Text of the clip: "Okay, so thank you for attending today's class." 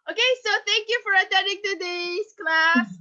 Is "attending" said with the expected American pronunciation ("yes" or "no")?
no